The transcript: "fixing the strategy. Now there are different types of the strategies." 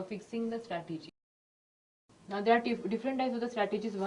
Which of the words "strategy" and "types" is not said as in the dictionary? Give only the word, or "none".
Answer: types